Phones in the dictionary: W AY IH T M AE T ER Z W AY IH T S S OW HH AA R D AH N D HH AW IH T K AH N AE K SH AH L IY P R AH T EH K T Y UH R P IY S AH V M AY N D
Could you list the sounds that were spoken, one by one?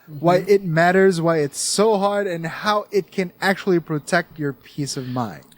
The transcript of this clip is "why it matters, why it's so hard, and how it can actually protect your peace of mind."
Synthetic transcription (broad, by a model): W AY IH T M AE T ER Z W AY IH T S S OW HH AA R D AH N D HH AW IH T K AH N AE K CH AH L IY P R AH T EH K T Y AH R P IY S AH V M AY N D